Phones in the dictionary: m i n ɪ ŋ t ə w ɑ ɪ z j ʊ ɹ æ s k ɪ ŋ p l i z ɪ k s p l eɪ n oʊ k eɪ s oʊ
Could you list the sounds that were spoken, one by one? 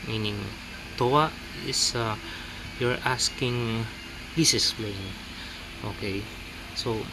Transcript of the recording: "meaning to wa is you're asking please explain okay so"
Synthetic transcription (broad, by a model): m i n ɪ ŋ t ə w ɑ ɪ s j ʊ ɹ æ s k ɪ ŋ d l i s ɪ s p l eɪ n oʊ k eɪ s oʊ